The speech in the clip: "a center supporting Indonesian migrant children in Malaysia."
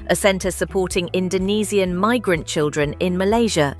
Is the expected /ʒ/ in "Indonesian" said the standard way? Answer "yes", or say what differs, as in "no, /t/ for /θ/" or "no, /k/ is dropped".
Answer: no, /z/ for /ʒ/